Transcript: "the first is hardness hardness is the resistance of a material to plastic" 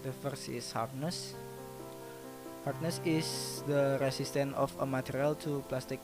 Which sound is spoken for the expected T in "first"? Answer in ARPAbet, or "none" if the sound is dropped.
none